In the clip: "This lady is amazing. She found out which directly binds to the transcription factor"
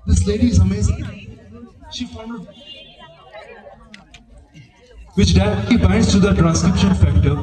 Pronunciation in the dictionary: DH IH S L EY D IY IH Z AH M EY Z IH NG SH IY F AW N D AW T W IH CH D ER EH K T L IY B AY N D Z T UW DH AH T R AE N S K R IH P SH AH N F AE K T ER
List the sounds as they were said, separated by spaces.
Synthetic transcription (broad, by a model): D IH S L EY D IY IH Z AH M EY Z IH NG SH IY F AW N AH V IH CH D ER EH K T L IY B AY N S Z T UW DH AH T R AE N S K R IH P SH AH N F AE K T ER